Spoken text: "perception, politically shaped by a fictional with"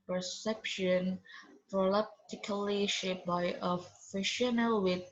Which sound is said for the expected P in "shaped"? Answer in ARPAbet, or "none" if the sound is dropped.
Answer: none